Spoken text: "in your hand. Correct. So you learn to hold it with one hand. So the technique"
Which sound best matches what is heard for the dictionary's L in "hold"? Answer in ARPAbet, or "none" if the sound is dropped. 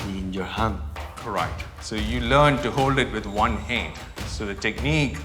L